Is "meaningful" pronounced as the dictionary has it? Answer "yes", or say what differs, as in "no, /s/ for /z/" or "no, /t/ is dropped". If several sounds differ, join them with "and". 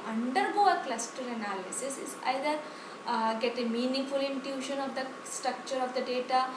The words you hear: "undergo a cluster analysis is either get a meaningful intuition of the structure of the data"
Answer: no, /ŋ/ is dropped